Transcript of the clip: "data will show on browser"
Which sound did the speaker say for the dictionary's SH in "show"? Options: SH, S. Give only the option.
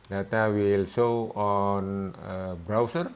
S